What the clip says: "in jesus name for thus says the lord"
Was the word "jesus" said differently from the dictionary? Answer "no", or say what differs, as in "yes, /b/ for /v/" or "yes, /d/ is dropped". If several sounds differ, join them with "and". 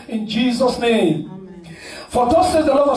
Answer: no